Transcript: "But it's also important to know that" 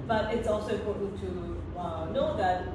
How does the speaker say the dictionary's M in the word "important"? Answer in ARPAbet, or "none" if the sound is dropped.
none